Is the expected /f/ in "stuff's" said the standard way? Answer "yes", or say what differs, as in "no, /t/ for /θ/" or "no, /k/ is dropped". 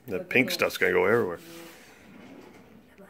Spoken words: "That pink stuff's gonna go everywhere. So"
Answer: no, /f/ is dropped